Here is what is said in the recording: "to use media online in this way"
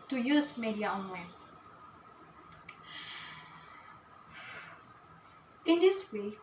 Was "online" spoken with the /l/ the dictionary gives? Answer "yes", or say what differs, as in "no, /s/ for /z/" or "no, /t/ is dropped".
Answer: no, /w/ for /l/